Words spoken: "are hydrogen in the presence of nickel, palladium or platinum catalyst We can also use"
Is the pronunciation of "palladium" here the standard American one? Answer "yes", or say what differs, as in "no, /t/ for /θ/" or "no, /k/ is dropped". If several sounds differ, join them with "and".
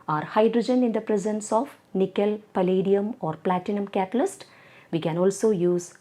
yes